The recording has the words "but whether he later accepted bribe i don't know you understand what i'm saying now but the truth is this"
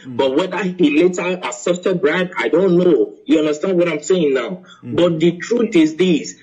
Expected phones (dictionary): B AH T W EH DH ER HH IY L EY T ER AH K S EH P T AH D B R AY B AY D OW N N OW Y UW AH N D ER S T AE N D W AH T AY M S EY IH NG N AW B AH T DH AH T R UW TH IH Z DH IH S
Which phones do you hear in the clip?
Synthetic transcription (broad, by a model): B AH T W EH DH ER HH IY L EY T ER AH S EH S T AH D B R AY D AY D OW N N OW Y UW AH N D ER S T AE N D W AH T AY M S EY IH NG N AW B AH T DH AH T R UW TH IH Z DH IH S